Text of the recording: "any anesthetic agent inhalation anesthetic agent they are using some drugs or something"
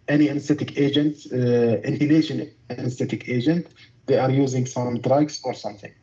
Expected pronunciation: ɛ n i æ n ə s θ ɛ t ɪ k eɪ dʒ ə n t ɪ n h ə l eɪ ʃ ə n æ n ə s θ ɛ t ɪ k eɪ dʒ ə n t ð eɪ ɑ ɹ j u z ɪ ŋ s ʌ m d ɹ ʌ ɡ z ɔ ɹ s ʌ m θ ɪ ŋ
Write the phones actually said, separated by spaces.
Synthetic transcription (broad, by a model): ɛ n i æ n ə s t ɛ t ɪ k eɪ dʒ ə n t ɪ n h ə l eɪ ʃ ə n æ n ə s t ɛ t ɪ k eɪ dʒ ə n t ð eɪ ɑ ɹ j u z ɪ ŋ s ʌ m d ɹ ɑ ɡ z ɔ ɹ s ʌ m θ ɪ ŋ